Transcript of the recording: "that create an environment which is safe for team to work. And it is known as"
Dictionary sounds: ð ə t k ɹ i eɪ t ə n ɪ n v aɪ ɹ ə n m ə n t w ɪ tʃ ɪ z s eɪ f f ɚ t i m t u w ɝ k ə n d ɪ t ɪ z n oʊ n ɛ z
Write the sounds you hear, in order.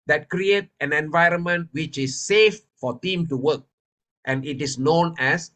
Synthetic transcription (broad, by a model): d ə t k ɹ i eɪ t ə n ɪ n v aɪ ɹ ə n m ə n t w ɪ tʃ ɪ s eɪ f f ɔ t i m t u w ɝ k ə n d ɪ t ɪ s n oʊ n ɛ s